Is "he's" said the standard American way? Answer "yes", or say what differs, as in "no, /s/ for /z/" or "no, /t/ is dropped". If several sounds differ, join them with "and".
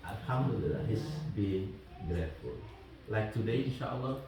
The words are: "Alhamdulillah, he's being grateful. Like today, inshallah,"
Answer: no, /s/ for /z/